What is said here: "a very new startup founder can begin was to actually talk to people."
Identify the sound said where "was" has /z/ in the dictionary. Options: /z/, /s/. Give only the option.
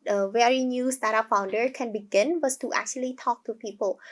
/s/